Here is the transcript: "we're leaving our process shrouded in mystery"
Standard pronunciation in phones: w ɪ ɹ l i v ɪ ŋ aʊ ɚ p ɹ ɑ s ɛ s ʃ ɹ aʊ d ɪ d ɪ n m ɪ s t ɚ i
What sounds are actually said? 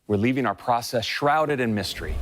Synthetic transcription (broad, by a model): w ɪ ɹ l i v ɪ ŋ aʊ ɚ p ɹ ɑ s ɛ s ʃ ɹ aʊ d ɪ d ɪ n m ɪ s t ɚ i